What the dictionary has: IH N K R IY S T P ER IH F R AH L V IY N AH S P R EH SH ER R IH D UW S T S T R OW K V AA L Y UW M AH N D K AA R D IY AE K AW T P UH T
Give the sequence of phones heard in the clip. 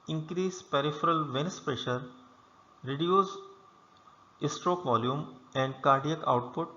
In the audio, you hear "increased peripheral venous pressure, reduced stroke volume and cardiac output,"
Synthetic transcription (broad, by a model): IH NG K R IY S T P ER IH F R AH L V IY N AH S P R EH SH ER R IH D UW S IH S T R OW K V AA L Y UW M AH N D K AA R D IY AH K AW T P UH T